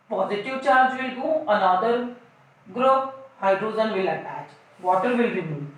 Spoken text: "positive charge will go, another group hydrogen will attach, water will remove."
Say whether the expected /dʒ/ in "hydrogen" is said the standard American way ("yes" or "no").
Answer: no